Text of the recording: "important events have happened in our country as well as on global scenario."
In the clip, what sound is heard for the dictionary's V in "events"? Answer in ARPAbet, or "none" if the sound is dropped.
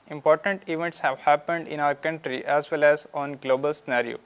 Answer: V